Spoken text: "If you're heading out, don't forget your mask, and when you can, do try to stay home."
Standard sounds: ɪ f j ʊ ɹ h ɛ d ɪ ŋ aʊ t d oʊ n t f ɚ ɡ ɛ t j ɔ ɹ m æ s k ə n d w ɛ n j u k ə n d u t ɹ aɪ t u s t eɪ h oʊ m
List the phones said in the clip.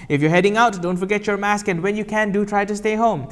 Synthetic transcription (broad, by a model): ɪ f j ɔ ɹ h ɛ d ɪ ŋ aʊ t d oʊ n t f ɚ ɡ ɛ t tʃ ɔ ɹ m æ s k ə n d w ɛ n j u k ə n d u t ɹ aɪ t u s t eɪ h oʊ m